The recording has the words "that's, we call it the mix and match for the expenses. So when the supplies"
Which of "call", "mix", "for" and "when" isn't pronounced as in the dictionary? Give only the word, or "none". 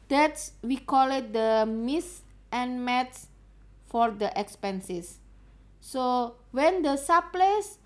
mix